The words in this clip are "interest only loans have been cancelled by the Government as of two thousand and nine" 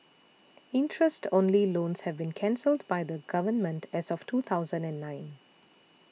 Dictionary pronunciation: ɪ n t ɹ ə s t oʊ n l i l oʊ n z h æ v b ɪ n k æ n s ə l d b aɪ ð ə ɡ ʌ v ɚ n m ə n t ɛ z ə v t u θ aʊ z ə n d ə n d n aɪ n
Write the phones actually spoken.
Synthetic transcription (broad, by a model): ɪ n t ɹ ə s t oʊ n l i l oʊ n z h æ v b ɪ n k æ n s ə l d b aɪ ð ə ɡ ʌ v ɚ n m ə n t ɛ z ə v t u t aʊ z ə n d ə n d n aɪ n